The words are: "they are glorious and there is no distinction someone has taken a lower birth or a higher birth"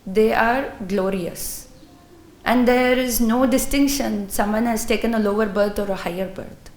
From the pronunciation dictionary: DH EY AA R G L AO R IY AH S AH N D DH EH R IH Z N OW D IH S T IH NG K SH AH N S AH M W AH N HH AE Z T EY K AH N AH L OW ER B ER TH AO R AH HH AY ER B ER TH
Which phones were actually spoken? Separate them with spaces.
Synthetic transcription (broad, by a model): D EY AA R G L AO R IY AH S AH N D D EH R IH Z N OW D IH S T IH NG K SH AH N S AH M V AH N HH AE Z T EY K AH N AH L OW ER B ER T AO R AH HH AY ER B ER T